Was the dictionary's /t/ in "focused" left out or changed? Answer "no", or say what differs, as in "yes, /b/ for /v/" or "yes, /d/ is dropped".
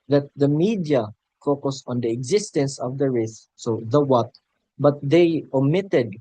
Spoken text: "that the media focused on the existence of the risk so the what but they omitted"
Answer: yes, /t/ is dropped